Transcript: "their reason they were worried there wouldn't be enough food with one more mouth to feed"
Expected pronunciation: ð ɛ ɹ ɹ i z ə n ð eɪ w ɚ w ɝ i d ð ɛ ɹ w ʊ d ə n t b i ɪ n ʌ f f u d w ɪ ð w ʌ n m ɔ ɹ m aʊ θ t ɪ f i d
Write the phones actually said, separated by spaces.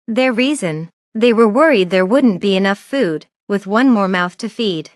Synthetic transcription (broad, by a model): ð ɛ ɹ ɹ i z ə n ð eɪ w ɚ w ɝ i d ð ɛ ɹ w ʊ d n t b i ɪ n ʌ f f u d w ɪ ð w ʌ n m ɔ ɹ m aʊ θ t ɪ f i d